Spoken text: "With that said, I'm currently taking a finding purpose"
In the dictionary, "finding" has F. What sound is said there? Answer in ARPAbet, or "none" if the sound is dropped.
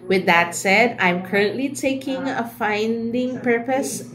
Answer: F